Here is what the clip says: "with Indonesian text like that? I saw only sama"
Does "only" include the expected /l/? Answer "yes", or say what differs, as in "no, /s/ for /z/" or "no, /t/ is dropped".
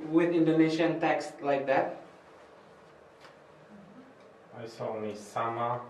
no, /l/ is dropped